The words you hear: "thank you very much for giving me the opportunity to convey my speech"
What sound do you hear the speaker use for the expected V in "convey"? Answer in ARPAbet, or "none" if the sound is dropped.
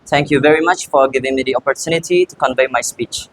V